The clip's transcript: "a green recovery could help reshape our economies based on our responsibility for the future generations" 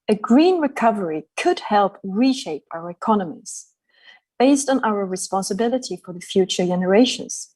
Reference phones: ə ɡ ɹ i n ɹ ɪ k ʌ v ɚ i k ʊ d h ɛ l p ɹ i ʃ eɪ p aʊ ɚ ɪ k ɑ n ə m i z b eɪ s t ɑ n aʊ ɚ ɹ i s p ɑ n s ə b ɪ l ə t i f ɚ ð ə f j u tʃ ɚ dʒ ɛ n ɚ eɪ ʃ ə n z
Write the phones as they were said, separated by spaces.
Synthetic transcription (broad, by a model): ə ɡ ɹ i n ɹ ɪ k ʌ v ɚ i k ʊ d h ɛ l p ɹ i ʃ eɪ p aʊ ɚ ɪ k ɑ n ə m i z b eɪ s t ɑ n aʊ ɚ ɹ i s p ɑ n s ə b ɪ l ə t i f ɚ ð ə f j u tʃ ɚ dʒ ɛ n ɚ eɪ ʃ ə n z